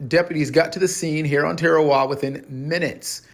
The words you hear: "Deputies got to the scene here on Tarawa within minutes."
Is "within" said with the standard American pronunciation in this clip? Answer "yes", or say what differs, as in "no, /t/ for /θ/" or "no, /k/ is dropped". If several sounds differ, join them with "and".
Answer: yes